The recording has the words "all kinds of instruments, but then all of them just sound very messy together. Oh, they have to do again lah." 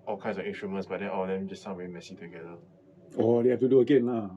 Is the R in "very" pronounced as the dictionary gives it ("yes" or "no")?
no